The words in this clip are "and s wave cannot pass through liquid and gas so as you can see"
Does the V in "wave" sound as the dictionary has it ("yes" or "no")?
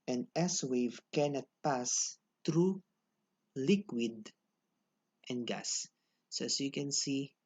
yes